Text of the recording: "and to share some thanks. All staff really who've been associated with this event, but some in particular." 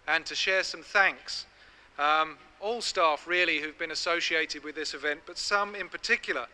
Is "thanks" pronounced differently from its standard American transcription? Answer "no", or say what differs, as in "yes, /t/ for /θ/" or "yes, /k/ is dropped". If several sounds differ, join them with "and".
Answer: no